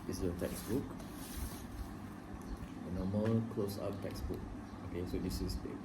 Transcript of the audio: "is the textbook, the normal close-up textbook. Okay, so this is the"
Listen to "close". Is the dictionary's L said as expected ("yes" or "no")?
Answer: yes